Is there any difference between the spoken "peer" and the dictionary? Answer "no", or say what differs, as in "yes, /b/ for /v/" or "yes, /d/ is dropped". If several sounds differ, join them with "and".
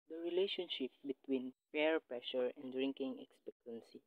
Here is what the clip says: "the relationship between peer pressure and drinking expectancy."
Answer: yes, /f/ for /p/